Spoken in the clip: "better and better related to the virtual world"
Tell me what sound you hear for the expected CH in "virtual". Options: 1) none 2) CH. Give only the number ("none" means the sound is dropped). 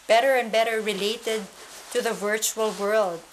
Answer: 2